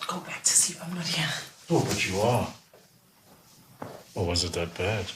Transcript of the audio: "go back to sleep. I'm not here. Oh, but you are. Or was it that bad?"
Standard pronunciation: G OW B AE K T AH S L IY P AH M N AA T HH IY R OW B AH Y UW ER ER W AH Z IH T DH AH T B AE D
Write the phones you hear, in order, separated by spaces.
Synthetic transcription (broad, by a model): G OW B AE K T AH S IY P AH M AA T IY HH OW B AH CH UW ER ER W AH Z IH T DH AH T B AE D